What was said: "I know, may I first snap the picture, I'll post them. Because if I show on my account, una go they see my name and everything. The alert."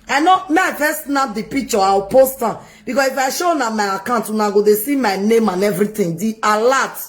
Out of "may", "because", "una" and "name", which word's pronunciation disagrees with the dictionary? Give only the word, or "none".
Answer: because